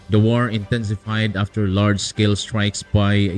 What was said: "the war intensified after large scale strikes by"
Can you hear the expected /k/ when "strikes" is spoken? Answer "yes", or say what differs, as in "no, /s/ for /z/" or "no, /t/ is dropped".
yes